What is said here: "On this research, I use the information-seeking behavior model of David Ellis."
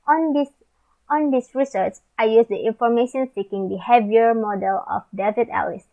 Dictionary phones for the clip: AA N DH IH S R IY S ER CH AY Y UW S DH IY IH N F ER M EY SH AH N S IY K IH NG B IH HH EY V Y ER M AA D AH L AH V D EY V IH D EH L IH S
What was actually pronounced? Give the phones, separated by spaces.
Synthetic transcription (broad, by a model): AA N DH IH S R IY S ER CH AY Y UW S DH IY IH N F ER M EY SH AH N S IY K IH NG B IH HH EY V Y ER M AA D AH L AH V D EY V IH D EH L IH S